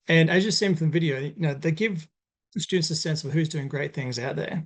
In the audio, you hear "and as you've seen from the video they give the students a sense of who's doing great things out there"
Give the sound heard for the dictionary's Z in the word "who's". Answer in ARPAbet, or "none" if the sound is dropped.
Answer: Z